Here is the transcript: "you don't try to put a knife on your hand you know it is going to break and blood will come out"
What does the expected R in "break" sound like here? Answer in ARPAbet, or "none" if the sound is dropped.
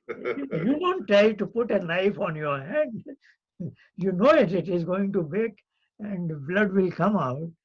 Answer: none